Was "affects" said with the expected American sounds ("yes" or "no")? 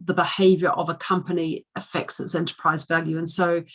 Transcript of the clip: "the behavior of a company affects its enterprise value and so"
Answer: yes